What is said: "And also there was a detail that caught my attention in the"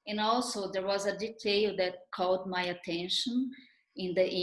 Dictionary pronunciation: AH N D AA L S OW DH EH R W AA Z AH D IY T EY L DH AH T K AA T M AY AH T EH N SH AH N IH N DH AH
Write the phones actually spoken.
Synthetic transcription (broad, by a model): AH N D AA L S OW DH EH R W AA Z AH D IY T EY L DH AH T K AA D M AY AH T EH N SH AH N IH N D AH